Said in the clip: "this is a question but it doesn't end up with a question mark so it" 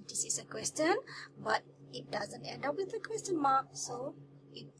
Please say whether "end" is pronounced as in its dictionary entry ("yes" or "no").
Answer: yes